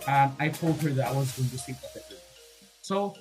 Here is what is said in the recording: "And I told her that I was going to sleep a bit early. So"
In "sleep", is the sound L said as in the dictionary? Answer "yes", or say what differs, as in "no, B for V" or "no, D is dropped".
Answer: no, L is dropped